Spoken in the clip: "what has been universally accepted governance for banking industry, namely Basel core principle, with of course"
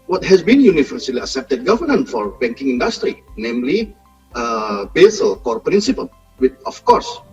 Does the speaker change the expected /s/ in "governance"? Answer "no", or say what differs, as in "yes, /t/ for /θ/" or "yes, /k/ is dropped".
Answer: yes, /s/ is dropped